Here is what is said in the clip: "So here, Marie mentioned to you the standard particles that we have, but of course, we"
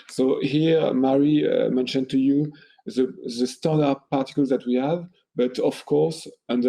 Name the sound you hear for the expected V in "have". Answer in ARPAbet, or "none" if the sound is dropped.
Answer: V